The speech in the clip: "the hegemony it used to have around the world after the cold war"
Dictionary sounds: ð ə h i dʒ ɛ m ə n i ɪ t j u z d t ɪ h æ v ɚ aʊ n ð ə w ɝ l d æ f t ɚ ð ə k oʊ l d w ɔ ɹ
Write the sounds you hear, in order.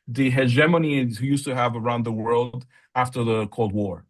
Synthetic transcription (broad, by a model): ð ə h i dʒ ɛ m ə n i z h j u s t ɪ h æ v ɚ aʊ n ð ə w ɝ l d æ f t ɚ ð ə k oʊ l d w ɔ ɹ